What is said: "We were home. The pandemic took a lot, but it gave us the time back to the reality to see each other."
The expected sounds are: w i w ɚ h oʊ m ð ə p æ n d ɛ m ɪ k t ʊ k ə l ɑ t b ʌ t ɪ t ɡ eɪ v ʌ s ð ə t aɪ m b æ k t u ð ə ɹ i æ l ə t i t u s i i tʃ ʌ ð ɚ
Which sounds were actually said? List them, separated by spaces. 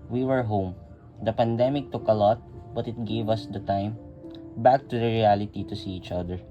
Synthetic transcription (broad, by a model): w i w ɚ h oʊ m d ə p æ n d ɛ m ɪ k t ʊ k ə l ɑ t b ʌ t ɪ t ɡ eɪ v ʌ s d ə t aɪ m b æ k t u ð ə ɹ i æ l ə t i t u s i i tʃ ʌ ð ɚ